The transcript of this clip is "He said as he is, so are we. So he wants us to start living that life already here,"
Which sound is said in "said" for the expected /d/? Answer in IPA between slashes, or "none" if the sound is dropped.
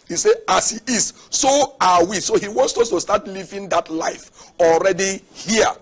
none